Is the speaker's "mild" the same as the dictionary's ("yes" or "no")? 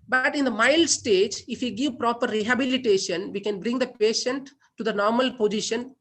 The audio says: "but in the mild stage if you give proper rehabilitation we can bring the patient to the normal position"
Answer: yes